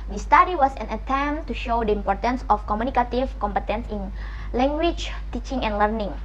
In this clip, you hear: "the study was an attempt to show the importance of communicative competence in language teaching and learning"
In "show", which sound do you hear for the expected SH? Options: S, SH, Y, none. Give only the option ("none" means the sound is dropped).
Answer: SH